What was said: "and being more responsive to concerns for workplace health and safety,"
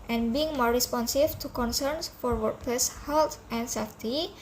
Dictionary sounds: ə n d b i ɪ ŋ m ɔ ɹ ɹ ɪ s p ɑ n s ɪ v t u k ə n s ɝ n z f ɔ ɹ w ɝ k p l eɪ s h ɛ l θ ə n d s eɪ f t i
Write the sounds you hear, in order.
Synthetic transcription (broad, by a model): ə n b i ɪ ŋ m ɔ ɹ ɹ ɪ s p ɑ n s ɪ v t u k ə n s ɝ n s f ɔ ɹ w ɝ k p eɪ s h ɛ l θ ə n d s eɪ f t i